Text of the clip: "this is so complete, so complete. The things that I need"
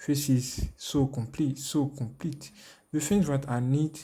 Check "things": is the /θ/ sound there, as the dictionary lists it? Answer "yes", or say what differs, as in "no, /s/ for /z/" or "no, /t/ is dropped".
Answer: no, /f/ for /θ/